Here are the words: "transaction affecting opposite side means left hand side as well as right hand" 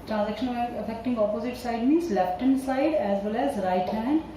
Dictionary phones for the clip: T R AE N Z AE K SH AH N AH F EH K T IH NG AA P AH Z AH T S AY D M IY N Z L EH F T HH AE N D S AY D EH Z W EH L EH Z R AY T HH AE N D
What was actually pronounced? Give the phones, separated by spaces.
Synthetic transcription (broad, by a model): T R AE N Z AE K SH AH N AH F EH K T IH NG AA P AH Z AH T S AY D M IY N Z L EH P T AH N S AY D EH Z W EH L EH Z R AY T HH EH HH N